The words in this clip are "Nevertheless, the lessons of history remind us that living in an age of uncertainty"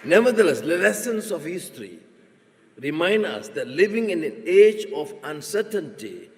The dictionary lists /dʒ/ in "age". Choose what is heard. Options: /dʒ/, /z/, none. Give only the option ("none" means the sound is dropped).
/dʒ/